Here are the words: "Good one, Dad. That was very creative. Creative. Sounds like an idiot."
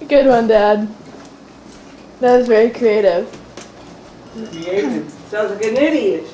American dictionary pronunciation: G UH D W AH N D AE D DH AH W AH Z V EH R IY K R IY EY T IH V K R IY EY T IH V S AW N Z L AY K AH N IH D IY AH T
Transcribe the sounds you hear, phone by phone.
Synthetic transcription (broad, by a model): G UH D W AH N D AE D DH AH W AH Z V EH R IY K R IY EY T IH V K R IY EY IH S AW Z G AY AH N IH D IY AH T